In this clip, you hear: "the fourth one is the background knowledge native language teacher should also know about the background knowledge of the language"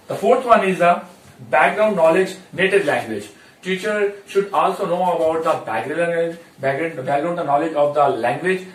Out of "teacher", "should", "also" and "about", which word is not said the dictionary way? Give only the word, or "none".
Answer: none